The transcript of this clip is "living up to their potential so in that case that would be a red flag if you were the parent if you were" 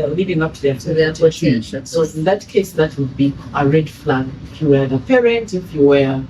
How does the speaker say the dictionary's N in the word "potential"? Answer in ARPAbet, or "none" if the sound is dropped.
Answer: none